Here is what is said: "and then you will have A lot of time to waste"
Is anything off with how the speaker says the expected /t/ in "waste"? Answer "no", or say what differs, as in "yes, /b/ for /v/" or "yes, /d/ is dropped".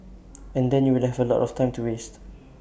no